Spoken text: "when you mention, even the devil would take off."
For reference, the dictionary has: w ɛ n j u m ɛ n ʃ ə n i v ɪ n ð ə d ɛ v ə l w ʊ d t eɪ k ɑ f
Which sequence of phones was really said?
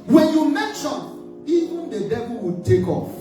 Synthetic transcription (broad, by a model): w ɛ n j u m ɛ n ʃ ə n i v ɪ n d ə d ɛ b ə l w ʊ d t eɪ k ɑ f